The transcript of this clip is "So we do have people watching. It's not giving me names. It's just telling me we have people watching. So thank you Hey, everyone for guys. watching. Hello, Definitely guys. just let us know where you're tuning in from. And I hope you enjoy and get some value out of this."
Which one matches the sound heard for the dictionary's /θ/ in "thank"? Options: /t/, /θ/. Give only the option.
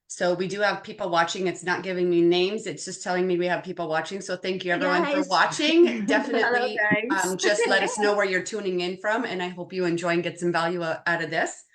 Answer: /θ/